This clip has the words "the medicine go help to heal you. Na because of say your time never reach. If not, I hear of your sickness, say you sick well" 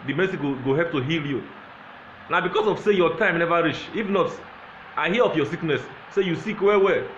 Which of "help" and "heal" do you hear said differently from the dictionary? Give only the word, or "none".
help